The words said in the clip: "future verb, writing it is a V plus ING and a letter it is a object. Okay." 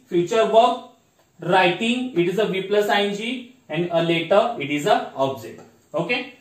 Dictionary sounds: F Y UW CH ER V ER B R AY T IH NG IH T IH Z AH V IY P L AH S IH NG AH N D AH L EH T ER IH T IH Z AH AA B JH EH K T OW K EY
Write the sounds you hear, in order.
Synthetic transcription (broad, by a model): F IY CH ER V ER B R AY T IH NG IH T IH Z AH V IY P L AH S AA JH AH N D AH L EH T ER IH T IH Z AH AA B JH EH T OW K EY